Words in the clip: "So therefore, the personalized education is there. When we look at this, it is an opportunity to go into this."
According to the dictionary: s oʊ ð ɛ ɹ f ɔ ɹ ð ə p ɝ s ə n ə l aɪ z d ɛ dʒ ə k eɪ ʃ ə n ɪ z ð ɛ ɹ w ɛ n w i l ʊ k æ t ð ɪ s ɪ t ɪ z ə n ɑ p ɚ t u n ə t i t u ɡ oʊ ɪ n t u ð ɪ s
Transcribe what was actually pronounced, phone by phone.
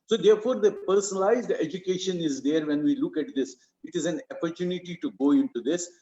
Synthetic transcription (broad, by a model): s oʊ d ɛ ɹ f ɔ ɹ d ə p ɝ s ə n ə l aɪ z d ɛ dʒ ə k eɪ ʃ ə n ɪ z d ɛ ɹ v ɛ n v i l ʊ k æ t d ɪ s ɪ t ɪ z ə n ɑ p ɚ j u n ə t i t u ɡ oʊ ɪ n t u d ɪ s